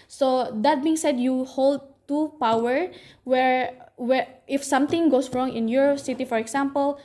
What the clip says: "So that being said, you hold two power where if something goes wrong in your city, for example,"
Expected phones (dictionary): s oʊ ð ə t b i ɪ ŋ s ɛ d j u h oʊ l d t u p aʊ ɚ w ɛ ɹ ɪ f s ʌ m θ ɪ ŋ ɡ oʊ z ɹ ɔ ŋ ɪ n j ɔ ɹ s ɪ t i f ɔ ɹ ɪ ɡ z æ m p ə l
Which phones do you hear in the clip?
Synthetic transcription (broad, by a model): s oʊ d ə t b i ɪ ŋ s ɛ d j u h oʊ l d t u p aʊ ɚ w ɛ ɹ ɪ f s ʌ m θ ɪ ŋ ɡ oʊ s ɹ ɔ ŋ ɪ n j ɔ ɹ s ɪ t i f ɔ ɹ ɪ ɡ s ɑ m p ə l